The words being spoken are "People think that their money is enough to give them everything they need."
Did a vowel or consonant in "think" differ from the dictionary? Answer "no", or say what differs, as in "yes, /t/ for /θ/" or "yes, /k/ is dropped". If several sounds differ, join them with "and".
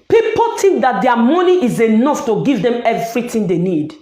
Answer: yes, /t/ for /θ/